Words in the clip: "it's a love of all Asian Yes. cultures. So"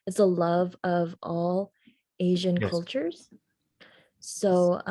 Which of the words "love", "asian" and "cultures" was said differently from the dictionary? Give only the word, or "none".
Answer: none